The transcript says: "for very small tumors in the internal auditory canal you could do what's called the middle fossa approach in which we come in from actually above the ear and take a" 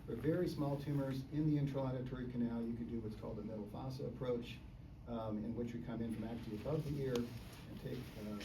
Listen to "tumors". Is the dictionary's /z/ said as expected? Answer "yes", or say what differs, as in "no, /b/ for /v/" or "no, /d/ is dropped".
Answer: yes